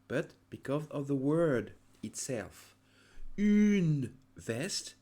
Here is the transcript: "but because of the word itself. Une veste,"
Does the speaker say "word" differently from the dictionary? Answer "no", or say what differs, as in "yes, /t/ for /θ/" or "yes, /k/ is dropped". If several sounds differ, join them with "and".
no